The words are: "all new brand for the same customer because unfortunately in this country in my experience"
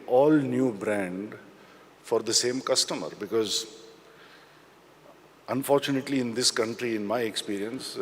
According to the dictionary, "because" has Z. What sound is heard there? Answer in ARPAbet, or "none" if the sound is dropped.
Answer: Z